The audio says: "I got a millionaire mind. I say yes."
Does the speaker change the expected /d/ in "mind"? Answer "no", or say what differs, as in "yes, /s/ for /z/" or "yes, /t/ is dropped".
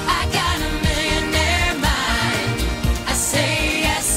yes, /d/ is dropped